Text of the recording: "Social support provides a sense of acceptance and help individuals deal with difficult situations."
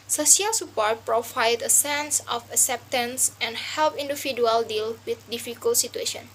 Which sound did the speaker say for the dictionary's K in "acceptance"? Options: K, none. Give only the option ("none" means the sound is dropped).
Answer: K